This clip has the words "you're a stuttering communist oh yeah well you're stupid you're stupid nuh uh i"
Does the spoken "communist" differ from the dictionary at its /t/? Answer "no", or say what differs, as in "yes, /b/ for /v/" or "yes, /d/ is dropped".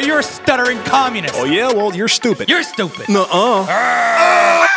yes, /t/ is dropped